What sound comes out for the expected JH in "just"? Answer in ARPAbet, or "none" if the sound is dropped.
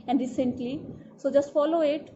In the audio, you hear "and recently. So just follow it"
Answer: JH